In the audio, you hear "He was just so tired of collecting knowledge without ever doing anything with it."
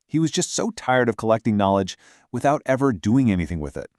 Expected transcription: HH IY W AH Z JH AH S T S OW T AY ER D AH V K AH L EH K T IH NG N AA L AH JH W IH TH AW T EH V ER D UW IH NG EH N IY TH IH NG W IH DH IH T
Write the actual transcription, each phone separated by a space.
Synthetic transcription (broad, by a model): HH IY W AH Z JH AH S T S OW T AY ER D AH V K AH L EH K T IH NG N AA L AH JH W IH TH AW T EH V ER D UW IH NG EH N IY TH IH NG W IH DH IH T